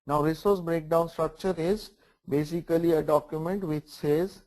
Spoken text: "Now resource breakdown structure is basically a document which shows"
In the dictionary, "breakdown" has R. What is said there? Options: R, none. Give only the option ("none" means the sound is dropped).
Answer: R